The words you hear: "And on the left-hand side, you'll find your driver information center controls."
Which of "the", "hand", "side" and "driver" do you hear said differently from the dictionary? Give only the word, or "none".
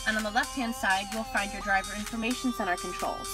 none